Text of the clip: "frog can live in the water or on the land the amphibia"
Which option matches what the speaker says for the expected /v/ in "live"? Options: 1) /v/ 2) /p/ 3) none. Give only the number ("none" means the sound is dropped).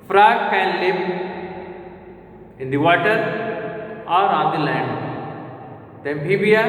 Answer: 2